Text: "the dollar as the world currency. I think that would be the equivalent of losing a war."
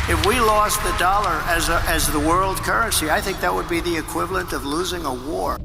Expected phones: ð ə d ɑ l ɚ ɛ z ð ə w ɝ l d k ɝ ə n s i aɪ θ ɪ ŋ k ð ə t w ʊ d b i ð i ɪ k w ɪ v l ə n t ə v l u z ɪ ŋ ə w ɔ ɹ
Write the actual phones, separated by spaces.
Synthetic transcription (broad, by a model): ð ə d ɑ l ɚ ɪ z ð ə w ɝ l d k ɝ ə n s i aɪ θ ɪ ŋ k ð ə t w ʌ d b i ð i ɪ k w ɪ v l ə n t ə v l u z ɪ ŋ ə w ɔ ɹ